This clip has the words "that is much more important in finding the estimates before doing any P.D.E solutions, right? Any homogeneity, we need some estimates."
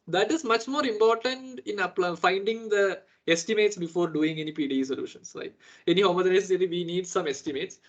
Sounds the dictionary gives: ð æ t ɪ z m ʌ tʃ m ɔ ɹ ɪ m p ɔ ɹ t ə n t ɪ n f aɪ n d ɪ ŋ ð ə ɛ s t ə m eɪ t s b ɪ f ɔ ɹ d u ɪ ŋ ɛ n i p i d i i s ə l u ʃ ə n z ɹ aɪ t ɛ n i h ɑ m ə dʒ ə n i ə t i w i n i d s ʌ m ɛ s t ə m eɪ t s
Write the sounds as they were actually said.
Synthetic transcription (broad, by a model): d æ t ɪ z m ʌ tʃ m ɔ ɹ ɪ m p ɔ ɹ t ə n t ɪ n f aɪ n d ɪ ŋ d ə ɛ s t ə m eɪ t s b ɪ f ɔ ɹ d u ɪ ŋ ɛ n i p i d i i s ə l u ʃ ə n s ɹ aɪ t ɛ n i h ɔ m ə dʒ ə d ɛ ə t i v i n i d s ʌ m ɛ s t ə m eɪ t s